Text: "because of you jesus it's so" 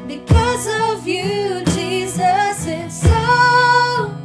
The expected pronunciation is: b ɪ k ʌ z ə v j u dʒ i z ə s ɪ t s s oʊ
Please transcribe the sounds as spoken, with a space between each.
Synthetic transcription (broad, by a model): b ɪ k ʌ z ə v j u dʒ i z ə s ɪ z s s oʊ